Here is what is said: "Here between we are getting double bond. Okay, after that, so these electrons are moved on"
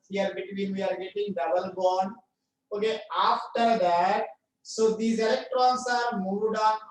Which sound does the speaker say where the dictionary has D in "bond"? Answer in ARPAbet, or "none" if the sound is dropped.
none